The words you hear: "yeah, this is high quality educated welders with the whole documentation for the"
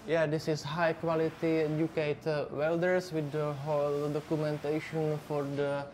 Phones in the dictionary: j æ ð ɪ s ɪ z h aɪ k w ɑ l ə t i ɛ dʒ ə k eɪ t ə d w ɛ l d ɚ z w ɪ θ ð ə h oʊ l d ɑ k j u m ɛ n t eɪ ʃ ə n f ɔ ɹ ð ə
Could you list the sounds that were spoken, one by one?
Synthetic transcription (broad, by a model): j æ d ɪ s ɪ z h aɪ k w ɑ l ə t i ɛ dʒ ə k eɪ t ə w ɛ l d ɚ s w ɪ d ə h oʊ l d ɑ k j u m ɛ n t eɪ ʃ ə n f ɔ ɹ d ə